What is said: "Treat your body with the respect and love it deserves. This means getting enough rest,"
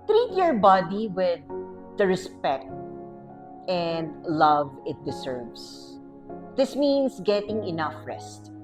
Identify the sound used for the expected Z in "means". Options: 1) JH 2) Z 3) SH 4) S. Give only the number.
4